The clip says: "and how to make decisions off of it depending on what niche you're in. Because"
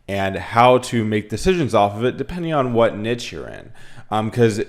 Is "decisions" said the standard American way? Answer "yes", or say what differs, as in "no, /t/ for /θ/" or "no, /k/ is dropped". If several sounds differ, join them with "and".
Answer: yes